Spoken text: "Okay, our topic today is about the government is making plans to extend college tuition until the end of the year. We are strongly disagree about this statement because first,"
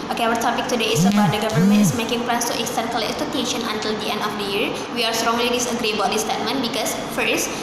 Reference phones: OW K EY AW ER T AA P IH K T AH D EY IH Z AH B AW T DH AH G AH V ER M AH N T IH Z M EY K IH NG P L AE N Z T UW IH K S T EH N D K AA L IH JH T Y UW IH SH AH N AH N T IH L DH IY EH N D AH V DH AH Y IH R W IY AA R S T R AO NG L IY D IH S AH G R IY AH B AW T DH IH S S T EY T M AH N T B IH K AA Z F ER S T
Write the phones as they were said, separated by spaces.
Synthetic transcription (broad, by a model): OW K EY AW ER T AA P IH K T AH D EY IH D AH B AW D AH G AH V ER M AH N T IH S M EY K IH NG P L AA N S T UW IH K S T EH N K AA L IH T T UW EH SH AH N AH N T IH L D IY EH N D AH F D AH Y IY R W IY AA R S T R AO NG L IY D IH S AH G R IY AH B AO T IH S S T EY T M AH N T B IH K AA S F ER S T